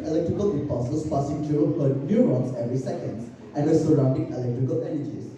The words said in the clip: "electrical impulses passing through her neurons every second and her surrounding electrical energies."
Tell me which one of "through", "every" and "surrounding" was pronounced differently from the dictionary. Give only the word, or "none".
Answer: through